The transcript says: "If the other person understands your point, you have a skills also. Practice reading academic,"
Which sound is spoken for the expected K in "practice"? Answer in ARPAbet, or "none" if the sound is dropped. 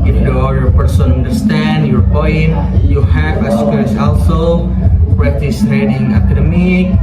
none